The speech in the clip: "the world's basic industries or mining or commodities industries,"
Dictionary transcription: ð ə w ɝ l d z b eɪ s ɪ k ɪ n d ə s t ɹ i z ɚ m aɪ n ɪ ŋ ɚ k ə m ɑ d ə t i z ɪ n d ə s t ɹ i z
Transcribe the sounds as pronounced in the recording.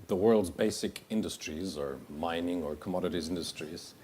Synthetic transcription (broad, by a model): ð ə w ɝ l d z b eɪ s ɪ k ɪ n d ə s t ɹ i z ɚ m aɪ n ɪ ŋ ɚ k ə m ɑ d ə t i z ɪ n d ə s t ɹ i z